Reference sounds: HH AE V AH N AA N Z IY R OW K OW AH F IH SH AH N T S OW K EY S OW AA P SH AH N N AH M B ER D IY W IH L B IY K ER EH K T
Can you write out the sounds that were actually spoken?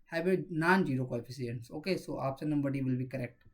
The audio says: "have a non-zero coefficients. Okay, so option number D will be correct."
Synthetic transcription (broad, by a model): HH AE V AH N AA N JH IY R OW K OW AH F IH S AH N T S OW K EY S OW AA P S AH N N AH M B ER D IY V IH L B IY K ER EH K T